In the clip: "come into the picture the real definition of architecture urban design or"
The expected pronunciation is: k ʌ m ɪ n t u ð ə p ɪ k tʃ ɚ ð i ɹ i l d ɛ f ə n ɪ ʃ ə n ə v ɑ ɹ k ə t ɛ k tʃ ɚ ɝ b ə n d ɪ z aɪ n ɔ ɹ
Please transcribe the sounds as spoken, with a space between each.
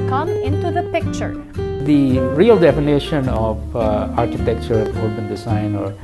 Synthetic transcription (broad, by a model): k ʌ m ɪ n t u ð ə p ɪ k tʃ ɚ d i ɹ i l d ɛ f ə n ɪ ʃ ə n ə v ɑ ɹ k ə t ɛ k tʃ ɚ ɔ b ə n d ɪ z aɪ n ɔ ɹ